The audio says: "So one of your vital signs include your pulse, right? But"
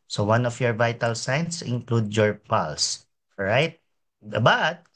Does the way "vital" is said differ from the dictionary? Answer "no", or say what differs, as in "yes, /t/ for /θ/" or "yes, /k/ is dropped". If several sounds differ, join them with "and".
no